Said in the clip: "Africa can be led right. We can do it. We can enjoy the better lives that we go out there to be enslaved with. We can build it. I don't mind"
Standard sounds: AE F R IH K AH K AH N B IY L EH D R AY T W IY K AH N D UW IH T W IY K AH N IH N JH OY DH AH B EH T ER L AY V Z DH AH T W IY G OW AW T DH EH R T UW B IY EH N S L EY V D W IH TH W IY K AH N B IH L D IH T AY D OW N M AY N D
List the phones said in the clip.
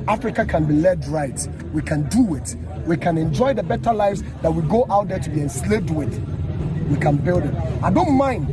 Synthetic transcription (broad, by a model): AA F R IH K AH K AH N B IY L EH D R AY T W IY K AH N D UW IH T W IY K AH N IH N JH OY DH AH B EH T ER L AY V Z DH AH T W IY G OW AW T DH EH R T UW B IY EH N S L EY D W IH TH W IY K AH N B IH L D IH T AY D OW N M AY N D